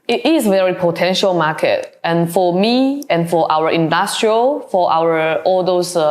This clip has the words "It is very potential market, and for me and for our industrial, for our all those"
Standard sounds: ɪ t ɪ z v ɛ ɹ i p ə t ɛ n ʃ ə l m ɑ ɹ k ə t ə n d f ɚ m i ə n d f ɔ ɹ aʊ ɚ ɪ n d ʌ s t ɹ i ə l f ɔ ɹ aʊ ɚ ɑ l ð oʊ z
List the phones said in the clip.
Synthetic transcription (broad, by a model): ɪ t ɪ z v ɛ ɹ i p ə t ɛ n ʃ ə l m ɑ k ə t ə n f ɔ m i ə n f ɔ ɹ aʊ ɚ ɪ n d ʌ s t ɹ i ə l f ɔ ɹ aʊ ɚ ɑ l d oʊ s